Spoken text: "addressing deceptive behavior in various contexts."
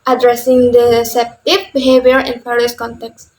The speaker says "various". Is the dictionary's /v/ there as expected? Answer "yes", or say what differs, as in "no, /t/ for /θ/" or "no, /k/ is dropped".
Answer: no, /p/ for /v/